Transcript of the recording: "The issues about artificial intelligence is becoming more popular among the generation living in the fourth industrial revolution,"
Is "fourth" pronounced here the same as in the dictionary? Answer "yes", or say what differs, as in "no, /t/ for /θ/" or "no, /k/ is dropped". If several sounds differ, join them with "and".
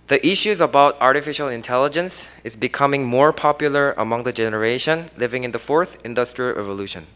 yes